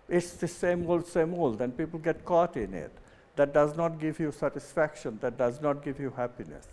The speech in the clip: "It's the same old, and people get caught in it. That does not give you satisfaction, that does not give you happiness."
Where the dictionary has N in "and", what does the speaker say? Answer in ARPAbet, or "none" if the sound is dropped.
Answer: L